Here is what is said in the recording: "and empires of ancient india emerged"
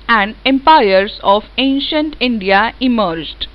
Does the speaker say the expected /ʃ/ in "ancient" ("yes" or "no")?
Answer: yes